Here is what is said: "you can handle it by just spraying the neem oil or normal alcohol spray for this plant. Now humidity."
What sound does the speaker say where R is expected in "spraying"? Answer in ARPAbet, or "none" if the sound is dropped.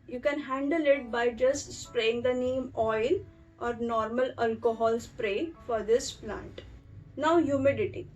R